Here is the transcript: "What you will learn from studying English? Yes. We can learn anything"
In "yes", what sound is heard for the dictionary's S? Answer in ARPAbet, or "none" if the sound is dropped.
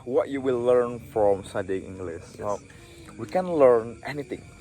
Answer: none